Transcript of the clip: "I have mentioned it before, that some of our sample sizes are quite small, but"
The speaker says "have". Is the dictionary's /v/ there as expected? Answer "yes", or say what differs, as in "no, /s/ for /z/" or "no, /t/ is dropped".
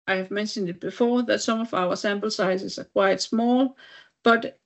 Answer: yes